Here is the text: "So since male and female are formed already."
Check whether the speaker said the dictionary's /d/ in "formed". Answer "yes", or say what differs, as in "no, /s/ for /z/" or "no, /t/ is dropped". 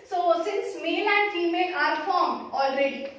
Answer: no, /d/ is dropped